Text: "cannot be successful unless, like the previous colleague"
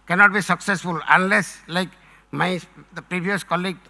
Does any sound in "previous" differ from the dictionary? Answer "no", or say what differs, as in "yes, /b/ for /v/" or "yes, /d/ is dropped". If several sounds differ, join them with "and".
yes, /b/ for /v/